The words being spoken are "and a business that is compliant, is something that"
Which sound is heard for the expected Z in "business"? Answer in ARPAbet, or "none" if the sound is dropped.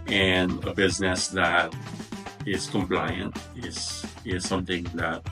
Z